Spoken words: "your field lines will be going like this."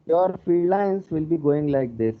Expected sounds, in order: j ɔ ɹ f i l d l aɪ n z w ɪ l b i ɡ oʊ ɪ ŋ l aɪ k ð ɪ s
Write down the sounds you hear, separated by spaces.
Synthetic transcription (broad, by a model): j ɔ ɹ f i d l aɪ n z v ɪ l b i ɡ oʊ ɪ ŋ l aɪ k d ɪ s